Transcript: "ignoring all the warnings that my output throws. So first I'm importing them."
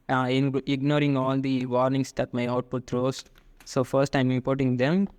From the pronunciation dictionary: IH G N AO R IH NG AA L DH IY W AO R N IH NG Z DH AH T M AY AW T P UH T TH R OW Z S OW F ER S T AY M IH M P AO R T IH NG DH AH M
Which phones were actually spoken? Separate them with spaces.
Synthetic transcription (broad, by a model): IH G N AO R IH NG AA L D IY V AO R N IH NG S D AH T M AY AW T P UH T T R OW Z S OW F ER S T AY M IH P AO R T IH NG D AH M